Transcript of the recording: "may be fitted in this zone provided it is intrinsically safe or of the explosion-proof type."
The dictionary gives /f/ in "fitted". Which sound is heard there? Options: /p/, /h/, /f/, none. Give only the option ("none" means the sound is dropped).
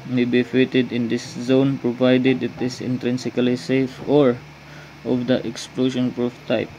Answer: /f/